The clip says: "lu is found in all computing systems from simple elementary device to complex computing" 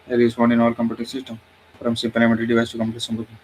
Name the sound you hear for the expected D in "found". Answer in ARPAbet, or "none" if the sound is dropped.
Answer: none